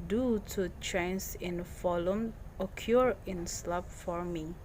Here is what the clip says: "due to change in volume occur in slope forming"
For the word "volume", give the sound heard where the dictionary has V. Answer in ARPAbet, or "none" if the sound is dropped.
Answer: F